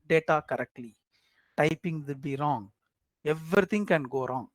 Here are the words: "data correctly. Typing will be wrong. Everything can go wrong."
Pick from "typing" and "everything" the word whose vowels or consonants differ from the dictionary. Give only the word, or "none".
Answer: everything